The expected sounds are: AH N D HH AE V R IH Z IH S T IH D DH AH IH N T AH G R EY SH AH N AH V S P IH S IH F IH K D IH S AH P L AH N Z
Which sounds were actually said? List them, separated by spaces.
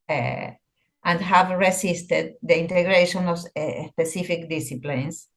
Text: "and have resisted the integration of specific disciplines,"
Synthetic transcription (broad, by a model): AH N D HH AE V R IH S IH S T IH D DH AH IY N T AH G R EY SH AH N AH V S P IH S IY F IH K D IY S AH P L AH N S